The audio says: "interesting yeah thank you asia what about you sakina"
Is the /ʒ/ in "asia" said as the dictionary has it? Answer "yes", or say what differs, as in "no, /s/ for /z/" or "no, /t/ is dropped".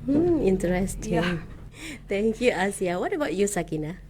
no, /s/ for /ʒ/